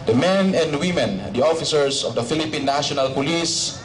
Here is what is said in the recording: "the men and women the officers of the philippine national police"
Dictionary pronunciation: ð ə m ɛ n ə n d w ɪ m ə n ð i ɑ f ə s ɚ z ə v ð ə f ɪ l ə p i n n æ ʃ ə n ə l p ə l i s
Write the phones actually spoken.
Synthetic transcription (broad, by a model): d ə m ɛ n ə n d w ɪ m ə n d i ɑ f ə s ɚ s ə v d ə f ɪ l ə p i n n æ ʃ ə n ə l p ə l i s